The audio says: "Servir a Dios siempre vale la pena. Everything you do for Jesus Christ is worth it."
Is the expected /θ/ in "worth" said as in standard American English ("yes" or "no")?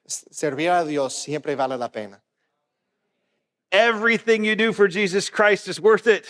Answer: yes